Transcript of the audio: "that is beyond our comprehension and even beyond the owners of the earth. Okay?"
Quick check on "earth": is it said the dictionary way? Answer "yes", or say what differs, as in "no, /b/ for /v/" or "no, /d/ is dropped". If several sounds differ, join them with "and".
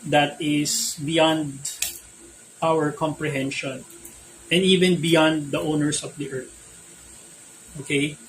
no, /t/ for /θ/